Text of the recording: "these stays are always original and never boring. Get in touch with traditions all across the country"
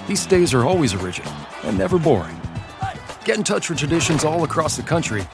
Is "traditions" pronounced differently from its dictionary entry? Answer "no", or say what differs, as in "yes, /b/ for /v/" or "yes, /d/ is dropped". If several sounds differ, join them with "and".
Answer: no